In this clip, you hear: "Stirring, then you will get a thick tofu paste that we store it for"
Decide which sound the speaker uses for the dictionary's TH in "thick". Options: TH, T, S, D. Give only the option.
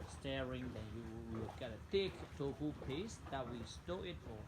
T